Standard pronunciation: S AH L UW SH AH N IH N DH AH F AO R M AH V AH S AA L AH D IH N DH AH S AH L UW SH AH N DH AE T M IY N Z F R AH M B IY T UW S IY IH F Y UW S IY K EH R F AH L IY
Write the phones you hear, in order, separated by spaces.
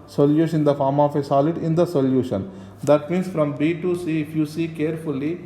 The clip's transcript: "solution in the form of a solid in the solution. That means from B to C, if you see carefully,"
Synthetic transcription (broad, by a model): S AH L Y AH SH IH N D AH F AO R M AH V AH S AA L AH D IH N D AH S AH L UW SH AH N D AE T M IY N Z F R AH M B IY T UW S IY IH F Y UW S IY K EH R F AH L IY